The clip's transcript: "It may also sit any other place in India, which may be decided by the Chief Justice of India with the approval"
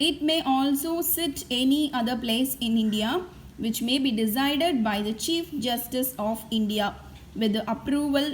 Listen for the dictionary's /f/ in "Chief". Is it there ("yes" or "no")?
yes